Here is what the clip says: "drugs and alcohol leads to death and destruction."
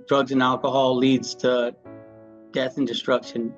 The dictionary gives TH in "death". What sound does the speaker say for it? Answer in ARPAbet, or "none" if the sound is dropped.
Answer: TH